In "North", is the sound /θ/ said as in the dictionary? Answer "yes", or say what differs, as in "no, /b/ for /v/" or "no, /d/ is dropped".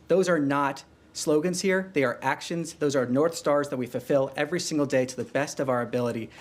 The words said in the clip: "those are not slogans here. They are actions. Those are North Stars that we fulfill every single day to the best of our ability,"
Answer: yes